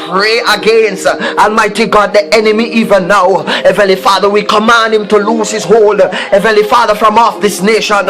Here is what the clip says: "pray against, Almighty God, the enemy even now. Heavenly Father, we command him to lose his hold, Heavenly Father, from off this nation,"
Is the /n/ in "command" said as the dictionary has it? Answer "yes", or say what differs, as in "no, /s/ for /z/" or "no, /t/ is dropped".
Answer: yes